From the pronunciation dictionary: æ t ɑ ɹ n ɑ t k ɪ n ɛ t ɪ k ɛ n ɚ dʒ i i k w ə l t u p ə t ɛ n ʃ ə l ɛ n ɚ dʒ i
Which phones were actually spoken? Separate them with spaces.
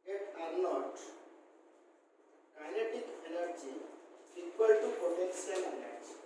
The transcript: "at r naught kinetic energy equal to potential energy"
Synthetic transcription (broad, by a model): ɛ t ɑ ɹ n ɑ t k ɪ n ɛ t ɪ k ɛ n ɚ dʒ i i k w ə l t u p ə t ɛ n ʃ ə n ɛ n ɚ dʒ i